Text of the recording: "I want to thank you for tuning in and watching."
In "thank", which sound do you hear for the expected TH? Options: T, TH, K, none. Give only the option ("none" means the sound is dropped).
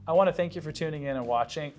TH